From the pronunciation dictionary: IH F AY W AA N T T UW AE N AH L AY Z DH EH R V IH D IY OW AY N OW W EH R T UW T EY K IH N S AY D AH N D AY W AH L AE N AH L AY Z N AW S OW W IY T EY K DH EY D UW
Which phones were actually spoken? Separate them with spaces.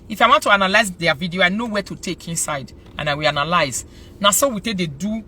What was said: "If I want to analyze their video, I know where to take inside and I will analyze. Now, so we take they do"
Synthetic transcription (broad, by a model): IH F AY W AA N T T UW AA N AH L AY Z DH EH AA V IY D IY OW AY N OW W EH T UW T EY K IH N S AY D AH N AY W AH L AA N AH L AY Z N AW S OW W IY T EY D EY D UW